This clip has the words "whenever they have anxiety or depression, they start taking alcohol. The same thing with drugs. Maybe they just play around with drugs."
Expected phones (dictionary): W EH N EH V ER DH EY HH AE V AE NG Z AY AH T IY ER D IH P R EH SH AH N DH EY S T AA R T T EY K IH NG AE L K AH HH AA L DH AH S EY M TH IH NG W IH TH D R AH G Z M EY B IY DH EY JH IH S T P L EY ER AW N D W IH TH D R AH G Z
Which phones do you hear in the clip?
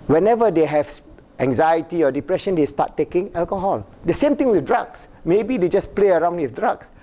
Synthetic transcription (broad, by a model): W EH N EH V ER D EY HH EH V AE NG Z AY AH T IY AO D IH P R EH SH AH N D EY S T AA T T EY K IH NG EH L K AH HH AA L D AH S EY M T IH NG W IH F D R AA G S M EY B IY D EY JH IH S P L EY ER AW N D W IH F D R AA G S